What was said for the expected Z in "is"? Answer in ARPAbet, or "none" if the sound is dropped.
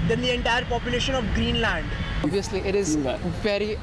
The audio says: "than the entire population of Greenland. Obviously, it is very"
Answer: Z